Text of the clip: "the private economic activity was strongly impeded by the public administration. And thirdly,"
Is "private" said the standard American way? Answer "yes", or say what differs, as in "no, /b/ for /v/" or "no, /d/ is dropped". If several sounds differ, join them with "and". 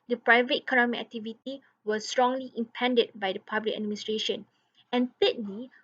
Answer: yes